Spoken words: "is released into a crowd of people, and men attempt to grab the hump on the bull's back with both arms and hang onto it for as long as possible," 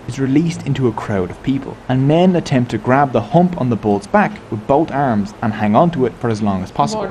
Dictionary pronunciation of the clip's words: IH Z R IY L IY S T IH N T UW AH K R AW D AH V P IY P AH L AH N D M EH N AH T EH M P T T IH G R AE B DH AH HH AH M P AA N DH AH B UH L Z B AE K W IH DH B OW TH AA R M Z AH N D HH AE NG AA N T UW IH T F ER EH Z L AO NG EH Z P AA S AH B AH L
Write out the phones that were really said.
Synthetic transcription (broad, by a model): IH Z R IY L IY S T IH N T UW AH K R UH D AH V P IY P AH L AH N M EH N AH T EH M P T T IH G R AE B DH AH HH AH M P N DH AH B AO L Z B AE K W IH DH B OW T AA R M Z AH N HH AE NG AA N T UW IH T F ER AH Z L AO NG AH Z P AA S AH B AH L